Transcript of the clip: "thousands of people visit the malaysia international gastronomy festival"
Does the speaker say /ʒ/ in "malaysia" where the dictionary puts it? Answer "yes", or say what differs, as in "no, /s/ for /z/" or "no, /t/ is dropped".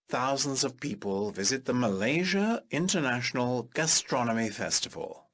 yes